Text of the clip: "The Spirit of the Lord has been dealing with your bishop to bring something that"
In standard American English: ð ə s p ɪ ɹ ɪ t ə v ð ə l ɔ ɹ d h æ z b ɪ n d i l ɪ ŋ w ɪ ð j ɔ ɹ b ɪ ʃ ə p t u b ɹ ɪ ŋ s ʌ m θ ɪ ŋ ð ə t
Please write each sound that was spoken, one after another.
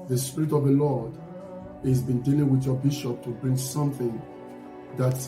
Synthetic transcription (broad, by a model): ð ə s p ɪ ɹ ɪ t ə v ð ə l ɔ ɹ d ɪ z b ɪ n d i l ɪ ŋ w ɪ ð j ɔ b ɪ ʃ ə p t u b ɹ ɪ ŋ s ʌ m θ ɪ ŋ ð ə t